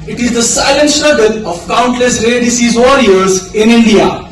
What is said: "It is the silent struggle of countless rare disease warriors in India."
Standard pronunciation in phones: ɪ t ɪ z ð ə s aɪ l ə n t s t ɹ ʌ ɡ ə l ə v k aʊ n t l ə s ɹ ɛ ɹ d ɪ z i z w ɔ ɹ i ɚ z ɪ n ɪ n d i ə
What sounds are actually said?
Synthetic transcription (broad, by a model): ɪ t ɪ z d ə s aɪ l ə n t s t ʌ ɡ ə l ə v k aʊ n t l ə s ɹ ɛ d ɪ s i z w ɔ ɹ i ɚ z ɪ n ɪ n d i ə